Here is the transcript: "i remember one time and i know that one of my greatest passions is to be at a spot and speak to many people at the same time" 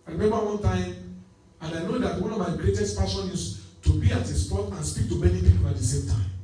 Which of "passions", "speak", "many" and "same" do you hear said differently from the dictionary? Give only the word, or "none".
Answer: passions